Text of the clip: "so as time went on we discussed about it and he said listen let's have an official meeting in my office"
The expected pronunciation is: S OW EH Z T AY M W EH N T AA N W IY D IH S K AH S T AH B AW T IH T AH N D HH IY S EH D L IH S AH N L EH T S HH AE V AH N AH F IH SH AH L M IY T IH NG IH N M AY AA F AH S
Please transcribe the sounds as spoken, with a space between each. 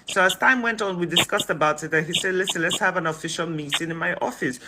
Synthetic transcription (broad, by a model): S OW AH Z T AY M W EH N T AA N W IY D IH S K AH S T AH B AW T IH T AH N HH IY S EH D L IH S AH N L EH T S HH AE V AH N AH F IH SH AH L M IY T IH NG IH N M AY AA F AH S